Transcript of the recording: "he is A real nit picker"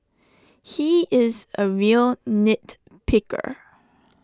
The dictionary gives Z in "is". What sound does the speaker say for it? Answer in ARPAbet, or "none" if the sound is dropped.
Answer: Z